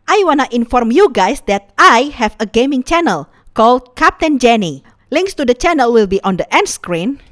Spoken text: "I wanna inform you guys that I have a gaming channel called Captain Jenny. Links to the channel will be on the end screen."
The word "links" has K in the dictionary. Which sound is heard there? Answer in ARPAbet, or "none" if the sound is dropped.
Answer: K